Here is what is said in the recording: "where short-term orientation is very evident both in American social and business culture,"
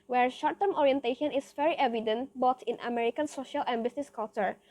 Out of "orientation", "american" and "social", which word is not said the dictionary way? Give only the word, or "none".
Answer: none